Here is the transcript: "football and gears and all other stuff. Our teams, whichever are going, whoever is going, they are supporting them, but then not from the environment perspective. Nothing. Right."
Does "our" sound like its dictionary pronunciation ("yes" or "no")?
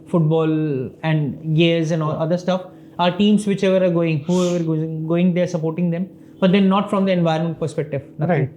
yes